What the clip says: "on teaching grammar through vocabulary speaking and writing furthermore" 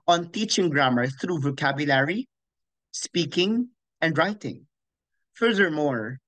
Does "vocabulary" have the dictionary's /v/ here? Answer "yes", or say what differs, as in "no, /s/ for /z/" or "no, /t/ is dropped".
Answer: yes